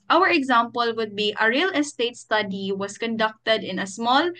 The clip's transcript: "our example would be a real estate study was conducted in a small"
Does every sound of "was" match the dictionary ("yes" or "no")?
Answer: no